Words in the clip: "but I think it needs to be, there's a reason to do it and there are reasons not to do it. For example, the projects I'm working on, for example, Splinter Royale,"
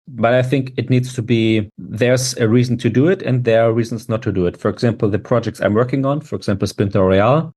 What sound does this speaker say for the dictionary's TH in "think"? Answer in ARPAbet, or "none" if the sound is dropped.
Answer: TH